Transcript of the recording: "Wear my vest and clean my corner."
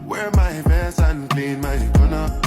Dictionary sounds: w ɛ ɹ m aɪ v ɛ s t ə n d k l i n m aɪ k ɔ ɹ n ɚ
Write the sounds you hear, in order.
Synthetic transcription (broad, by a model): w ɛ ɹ m aɪ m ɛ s ə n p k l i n m aɪ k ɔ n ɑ